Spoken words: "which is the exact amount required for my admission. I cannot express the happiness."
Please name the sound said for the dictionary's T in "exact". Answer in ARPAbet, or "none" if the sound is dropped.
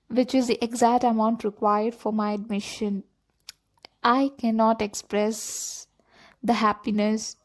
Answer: T